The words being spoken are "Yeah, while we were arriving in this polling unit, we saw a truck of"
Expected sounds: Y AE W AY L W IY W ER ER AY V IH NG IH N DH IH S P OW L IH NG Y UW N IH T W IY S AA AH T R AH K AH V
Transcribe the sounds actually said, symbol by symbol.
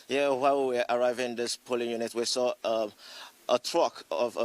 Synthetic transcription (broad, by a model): Y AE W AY W W IY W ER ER AY V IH IH N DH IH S P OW L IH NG Y UW N IH T W IY S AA AH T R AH K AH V